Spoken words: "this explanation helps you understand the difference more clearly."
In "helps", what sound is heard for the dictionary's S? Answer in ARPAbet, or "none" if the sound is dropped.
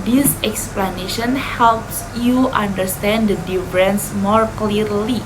S